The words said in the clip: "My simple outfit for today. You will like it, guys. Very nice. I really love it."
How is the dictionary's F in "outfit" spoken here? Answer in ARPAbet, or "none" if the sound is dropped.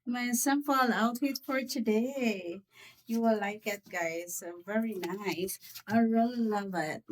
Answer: none